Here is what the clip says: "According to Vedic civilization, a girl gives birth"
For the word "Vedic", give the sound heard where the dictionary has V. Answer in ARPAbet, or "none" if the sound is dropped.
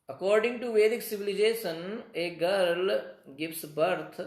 V